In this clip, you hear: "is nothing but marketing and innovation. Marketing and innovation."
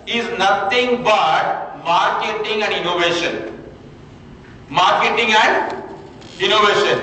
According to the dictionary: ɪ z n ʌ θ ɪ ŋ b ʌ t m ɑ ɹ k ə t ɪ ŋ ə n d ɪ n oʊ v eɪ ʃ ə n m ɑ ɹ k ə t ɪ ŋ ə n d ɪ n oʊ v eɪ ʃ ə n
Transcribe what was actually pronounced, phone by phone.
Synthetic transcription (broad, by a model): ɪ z n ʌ t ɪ ŋ b ʌ t m ɑ ɹ k ə t ɪ ŋ ə n d ɪ n oʊ v eɪ ʃ ə n m ɑ ɹ k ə t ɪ ŋ ə n d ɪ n oʊ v eɪ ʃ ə n